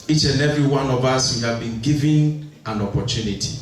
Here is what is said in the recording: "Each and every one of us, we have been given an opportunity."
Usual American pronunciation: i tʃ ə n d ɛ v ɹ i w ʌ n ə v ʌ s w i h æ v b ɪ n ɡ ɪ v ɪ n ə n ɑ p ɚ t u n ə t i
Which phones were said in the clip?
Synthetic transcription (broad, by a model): i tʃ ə n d ɛ v ɹ i w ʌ n ə v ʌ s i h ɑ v b ɪ n ɡ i v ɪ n ə n ɑ p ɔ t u n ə t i